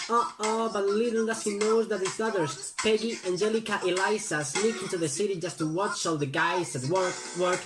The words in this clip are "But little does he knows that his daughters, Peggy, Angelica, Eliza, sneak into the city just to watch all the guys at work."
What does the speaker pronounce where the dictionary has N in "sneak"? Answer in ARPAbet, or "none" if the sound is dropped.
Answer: L